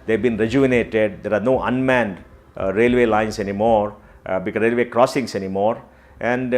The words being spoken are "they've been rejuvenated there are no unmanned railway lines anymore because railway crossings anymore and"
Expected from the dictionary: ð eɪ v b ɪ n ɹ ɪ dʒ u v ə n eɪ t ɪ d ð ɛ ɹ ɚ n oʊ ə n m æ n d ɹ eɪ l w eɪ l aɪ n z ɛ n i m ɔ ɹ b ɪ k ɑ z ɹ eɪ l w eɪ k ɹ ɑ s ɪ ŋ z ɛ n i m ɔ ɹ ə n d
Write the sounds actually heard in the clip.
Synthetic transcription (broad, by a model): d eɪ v b ɪ n ɹ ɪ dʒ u ə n eɪ t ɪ d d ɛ ɹ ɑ n oʊ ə n m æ n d ɹ eɪ l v eɪ l aɪ n s ɛ n i m ɔ ɹ b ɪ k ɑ ɹ eɪ l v eɪ k ɹ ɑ s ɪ ŋ s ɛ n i m ɔ ɹ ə n d